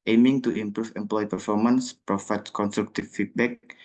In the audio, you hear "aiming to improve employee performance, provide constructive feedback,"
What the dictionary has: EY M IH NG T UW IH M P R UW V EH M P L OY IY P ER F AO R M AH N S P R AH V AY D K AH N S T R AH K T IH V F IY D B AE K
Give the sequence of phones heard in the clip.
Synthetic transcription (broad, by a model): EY M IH NG T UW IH M P R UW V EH M P L OY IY P ER F AO R M AH N S P R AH F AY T K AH N S T R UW K T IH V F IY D B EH K